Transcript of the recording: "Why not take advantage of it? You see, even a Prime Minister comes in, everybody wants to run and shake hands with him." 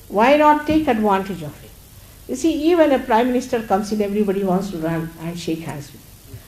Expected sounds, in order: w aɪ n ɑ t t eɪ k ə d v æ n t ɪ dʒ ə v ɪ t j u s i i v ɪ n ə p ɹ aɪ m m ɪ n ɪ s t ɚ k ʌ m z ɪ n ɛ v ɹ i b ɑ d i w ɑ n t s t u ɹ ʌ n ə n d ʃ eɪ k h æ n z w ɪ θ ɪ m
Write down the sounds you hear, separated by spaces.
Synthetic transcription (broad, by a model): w aɪ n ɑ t t eɪ k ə d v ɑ n t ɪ dʒ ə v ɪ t j u s i i v ɪ n ə p ɹ aɪ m m ɪ n ɪ s t ɚ k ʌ m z ɪ n ɛ v ɹ i b ɑ d i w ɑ n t s t u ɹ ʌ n ə n d ʃ eɪ k h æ z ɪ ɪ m